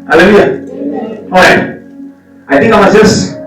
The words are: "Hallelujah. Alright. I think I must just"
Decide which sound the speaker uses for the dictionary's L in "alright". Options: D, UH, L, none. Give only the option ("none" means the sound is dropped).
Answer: none